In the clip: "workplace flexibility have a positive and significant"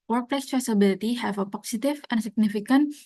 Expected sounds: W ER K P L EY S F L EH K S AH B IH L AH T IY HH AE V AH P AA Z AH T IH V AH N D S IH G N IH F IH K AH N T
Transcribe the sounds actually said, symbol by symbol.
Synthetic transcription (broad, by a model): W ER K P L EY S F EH S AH B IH L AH T IY HH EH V AH P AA S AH T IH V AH N S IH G N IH F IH K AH N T